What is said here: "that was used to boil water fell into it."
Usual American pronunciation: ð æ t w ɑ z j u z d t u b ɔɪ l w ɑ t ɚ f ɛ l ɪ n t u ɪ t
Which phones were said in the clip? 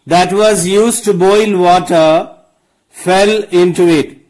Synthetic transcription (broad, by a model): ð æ t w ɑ z j u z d t u b ɔɪ l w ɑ t ɚ f ɛ l ɪ n t u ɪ t